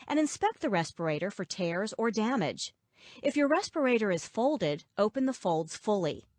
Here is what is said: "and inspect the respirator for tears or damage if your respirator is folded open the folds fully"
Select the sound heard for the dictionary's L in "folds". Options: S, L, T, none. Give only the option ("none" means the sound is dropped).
L